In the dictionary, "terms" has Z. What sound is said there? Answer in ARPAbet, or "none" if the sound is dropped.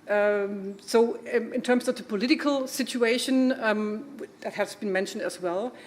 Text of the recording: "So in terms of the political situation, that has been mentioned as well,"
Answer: S